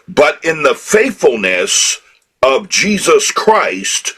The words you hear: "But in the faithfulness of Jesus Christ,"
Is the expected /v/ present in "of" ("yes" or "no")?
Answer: yes